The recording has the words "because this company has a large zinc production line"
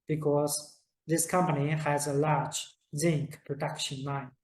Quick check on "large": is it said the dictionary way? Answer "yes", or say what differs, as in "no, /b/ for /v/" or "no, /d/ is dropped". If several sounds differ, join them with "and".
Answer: yes